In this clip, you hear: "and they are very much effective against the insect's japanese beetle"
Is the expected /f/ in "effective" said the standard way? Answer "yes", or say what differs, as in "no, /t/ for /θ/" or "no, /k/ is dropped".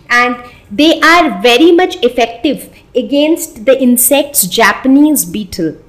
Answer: yes